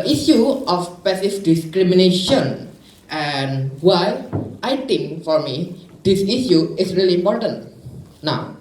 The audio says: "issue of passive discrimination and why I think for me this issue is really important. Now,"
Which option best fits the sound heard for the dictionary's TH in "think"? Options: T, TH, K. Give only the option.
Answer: T